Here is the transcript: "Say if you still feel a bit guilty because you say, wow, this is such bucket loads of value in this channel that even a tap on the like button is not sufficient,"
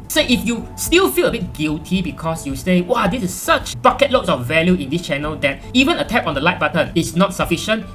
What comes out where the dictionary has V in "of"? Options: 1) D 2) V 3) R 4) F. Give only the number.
4